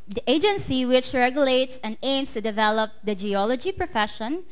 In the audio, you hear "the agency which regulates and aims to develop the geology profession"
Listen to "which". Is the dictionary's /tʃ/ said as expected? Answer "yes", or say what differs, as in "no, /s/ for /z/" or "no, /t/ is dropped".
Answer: yes